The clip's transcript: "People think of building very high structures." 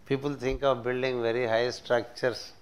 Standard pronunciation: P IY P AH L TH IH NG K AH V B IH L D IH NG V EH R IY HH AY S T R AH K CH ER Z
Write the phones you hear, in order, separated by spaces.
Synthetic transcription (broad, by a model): P IY P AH L T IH NG K AH V B IH L D IH NG V EH R IY HH AY S T R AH K CH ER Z